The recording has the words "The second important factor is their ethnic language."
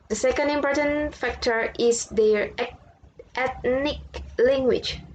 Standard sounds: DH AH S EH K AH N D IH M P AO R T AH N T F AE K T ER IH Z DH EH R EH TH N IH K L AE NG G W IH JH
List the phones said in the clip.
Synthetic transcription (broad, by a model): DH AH S EH K AH N D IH M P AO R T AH N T F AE K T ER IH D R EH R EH T N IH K L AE NG G W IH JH